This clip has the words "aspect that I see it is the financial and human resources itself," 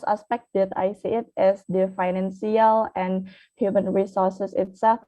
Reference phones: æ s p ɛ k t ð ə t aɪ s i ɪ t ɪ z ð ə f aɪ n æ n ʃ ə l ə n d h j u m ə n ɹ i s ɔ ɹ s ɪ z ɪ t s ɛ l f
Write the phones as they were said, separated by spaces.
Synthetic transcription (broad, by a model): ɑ s p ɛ k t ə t aɪ s i ɪ t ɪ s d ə f aɪ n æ n s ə l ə n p h j u m ə n ɹ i s ɔ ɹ s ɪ s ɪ t s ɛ l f